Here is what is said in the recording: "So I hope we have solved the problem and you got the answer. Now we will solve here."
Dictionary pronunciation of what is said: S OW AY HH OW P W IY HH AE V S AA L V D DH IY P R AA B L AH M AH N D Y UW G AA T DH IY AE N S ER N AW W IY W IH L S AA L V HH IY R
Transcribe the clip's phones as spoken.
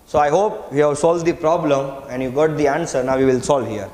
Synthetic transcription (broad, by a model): S OW AY HH OW P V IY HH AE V S AA L V D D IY P R AA B L AH M AH N D Y UW G AA T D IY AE N S ER N AW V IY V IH L S AA L V HH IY R